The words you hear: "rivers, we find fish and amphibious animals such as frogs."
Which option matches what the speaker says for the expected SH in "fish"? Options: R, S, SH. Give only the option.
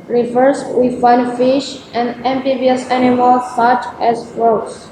SH